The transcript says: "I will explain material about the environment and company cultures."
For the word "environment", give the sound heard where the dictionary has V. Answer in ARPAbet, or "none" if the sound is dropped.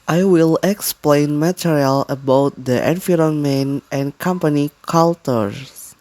F